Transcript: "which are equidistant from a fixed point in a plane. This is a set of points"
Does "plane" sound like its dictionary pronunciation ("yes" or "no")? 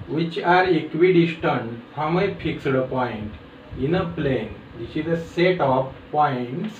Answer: yes